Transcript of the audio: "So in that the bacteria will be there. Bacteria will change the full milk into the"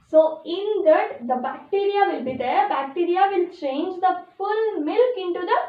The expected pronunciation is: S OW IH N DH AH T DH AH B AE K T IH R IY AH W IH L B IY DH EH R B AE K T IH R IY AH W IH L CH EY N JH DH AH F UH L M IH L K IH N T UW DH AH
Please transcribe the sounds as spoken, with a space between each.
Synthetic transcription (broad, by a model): S OW IH N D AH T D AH B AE K T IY R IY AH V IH L B IY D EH R B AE K T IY R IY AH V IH L CH EY N JH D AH F UH L M IH L K IH N T UW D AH